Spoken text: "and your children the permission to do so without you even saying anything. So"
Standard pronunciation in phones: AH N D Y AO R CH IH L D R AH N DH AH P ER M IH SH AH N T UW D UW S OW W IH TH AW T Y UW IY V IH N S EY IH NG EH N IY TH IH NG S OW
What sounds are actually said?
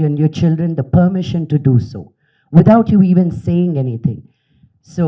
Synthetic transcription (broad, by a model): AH N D Y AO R CH IH L D R AH N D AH P ER M IH SH AH N T UW D UW S OW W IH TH AW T Y UW IY V IH N S EY IH NG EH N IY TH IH NG S OW